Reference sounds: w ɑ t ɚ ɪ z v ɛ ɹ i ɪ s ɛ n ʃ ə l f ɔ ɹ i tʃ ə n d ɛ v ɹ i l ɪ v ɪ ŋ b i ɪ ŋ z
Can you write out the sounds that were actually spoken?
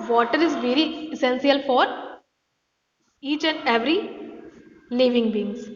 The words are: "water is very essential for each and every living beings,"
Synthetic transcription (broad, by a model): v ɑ t ɚ ɪ z v ɛ ɹ i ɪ s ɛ n s ə l f ɔ ɹ i tʃ ə n d ɛ v ɹ i l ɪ v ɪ ŋ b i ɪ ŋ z